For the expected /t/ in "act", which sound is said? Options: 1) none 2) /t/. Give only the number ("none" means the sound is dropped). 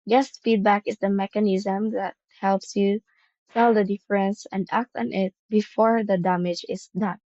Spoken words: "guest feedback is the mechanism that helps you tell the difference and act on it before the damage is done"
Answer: 2